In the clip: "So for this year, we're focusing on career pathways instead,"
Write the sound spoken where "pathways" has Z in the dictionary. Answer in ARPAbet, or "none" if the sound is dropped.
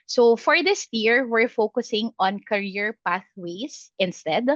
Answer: S